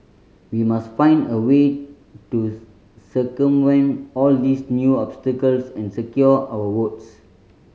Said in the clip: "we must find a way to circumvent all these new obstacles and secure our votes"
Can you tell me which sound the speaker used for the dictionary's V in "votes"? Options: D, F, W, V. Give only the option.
W